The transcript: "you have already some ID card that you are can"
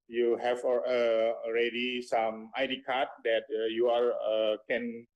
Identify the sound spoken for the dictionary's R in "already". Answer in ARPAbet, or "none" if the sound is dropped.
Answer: R